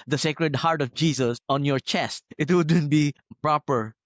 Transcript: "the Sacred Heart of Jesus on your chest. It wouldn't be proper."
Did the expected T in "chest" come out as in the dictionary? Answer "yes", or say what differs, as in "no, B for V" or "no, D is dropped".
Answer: yes